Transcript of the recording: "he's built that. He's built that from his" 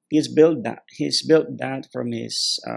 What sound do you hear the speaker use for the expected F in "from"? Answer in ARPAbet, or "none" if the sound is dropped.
F